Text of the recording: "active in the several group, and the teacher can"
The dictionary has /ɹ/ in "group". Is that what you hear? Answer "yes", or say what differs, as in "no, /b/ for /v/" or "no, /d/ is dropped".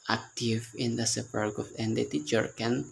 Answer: no, /ɹ/ is dropped